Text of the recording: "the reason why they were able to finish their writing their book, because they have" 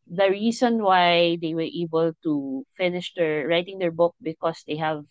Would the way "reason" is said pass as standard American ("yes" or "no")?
no